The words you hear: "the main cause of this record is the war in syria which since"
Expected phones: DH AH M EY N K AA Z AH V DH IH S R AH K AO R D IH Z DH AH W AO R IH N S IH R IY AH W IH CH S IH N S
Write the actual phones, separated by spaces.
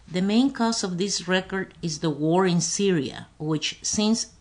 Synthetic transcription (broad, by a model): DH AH M EY N K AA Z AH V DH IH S R AH K AO R D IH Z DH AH W AO R IH N S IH R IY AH W IH CH S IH N S